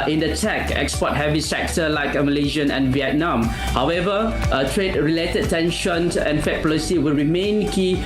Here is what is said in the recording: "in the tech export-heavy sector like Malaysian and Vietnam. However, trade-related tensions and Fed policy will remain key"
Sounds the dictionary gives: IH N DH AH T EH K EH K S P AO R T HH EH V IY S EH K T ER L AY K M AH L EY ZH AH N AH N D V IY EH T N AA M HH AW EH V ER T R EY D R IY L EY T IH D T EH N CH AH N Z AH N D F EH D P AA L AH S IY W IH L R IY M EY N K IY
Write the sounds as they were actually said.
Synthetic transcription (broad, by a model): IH N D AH T EH K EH K S P AO T HH EH V IY S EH K T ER L AY K M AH L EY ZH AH N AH N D V IY EH T N AA M HH AW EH V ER T R EY D R IY L EY T IH D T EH N SH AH N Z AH N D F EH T P AA L AH S IY W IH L R IY M EY N K IY